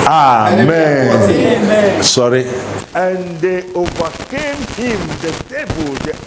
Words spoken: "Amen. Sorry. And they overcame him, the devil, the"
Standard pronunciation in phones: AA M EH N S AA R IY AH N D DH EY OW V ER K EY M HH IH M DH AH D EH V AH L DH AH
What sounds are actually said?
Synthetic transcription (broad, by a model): AA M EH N S AA R IY AH N D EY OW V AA K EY M HH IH M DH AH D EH B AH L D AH